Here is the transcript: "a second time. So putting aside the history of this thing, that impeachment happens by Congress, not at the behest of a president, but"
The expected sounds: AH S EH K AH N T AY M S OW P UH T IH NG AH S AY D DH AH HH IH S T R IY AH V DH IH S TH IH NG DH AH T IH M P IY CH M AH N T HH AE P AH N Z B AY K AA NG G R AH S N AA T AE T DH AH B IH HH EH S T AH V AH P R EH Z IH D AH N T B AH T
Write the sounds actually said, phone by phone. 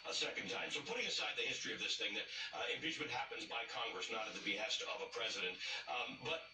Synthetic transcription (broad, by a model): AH S EH K AH N T AY M S OW P UH T IH NG AH S AY D DH AH HH IH S T R IY AH V DH IH S TH IH NG DH AH T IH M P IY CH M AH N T HH AE P AH N Z B AY K AA NG G R AH S N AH T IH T DH AH B IH HH EH S T AH V AH P R EH Z IH D AH N T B AH T